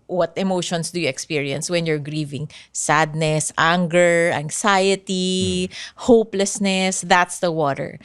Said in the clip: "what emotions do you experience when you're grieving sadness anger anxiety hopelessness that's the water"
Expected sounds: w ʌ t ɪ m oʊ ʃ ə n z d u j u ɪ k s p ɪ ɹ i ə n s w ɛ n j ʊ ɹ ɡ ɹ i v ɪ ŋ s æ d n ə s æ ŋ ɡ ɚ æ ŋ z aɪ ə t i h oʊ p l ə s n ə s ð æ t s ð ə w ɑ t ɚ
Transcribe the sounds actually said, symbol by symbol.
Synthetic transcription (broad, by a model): w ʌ t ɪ m oʊ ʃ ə n s d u j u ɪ k s p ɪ ɹ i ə n s w ɛ n j ʊ ɹ ɡ ɹ i v ɪ ŋ s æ d n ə s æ ŋ ɡ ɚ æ ŋ s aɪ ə t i h oʊ p l ə s n ə s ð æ t s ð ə w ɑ t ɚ